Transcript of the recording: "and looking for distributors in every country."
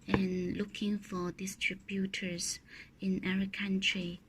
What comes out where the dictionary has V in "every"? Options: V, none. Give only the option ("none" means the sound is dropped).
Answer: none